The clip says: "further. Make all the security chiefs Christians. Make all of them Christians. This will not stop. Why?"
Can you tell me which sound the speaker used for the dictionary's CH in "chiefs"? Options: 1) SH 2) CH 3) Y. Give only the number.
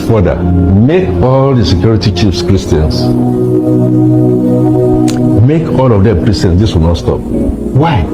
2